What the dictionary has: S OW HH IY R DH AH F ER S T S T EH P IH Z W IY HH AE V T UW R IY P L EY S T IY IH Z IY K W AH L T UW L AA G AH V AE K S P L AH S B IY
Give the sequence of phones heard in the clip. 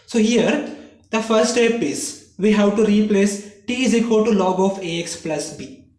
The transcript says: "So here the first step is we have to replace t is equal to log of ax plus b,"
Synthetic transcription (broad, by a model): S OW HH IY R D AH F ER T S T EH P IH Z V IY HH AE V T UW R IY P L EY S T IY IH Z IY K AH T UW L AA G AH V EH K S P L AH S B IY